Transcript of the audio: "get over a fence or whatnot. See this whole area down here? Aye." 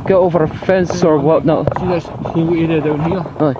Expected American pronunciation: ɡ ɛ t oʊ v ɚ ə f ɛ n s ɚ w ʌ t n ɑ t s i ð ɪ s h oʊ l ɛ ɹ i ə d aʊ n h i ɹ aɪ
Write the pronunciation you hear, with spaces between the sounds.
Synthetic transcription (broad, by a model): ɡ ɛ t oʊ v ɚ ə f ɛ n s ɚ w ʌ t n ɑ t s i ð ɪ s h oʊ w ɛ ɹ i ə d aʊ n h i ɹ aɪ